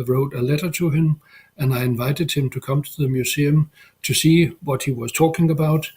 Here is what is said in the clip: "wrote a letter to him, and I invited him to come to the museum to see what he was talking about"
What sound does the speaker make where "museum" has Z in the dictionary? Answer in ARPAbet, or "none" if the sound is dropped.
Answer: S